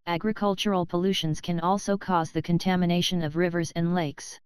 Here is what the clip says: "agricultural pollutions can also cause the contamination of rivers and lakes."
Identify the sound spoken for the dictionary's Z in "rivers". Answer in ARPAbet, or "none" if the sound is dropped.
Z